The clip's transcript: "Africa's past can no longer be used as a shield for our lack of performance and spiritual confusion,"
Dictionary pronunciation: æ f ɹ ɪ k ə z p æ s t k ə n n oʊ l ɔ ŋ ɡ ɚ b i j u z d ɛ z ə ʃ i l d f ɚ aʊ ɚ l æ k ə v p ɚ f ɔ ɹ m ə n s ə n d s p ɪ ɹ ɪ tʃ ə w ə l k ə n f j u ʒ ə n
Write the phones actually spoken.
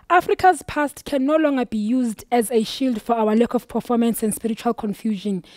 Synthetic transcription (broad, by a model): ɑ f ɹ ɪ k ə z p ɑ s t k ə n n oʊ l ɔ ŋ ɡ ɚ b i j u z d ɛ z ə ʃ i l d f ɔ aʊ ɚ l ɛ k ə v p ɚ f ɔ m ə n s ə n d s p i ɹ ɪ tʃ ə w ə l k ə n f j u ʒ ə n